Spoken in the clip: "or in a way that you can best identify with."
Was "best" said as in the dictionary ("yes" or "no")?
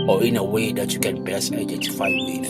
no